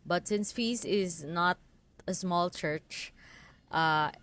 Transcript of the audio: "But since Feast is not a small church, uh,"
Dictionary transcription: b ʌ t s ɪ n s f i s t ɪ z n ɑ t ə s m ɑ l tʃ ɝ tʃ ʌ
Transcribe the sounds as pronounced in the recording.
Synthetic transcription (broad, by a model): b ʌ t s ɪ n s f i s ɪ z n ɑ t ə s m ɑ l tʃ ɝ tʃ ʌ